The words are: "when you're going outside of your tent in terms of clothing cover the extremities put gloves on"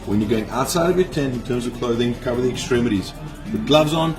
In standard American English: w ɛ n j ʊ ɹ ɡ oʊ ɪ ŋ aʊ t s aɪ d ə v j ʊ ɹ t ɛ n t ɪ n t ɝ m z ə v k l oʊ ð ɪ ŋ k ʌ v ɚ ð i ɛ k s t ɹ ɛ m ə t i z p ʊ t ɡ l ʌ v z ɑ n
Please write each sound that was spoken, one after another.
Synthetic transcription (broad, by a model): w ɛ n j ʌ ɹ ɡ oʊ ɪ ŋ aʊ t s aɪ d ə v j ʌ ɹ t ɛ n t ɪ n t ɝ m z ə v k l oʊ ð ɪ ŋ k ʌ v ɚ ð i ɛ k s t ɹ ɛ m ə t i z b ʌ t ɡ l ʌ v z n